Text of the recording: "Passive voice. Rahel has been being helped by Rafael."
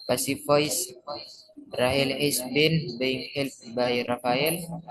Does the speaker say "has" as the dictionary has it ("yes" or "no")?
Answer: no